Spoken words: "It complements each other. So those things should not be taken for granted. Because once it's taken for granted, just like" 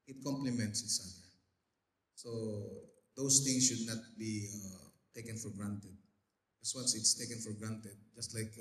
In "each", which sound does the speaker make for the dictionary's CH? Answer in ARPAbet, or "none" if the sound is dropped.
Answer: S